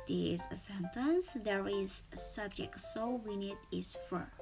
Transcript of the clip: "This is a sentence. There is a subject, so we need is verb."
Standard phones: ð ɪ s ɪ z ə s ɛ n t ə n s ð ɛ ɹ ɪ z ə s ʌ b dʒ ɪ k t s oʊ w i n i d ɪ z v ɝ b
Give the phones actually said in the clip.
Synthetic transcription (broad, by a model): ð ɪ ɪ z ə s ɛ n t ə n s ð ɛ ɹ ɪ z s ʌ b dʒ ɪ k t s oʊ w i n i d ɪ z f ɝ